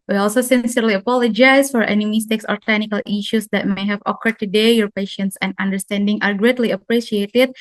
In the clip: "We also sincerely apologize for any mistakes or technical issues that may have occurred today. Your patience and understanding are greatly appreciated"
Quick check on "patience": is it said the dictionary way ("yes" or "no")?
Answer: yes